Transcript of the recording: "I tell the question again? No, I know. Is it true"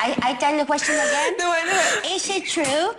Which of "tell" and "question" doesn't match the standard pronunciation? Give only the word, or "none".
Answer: tell